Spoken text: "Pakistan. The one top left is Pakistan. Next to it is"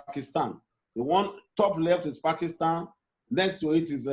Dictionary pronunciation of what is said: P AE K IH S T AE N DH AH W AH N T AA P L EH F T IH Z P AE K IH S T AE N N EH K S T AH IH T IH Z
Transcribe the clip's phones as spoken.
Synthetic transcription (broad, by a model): K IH S T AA N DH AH W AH N T AA P L EH F T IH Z P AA K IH S T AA N N EH K S T AH IH T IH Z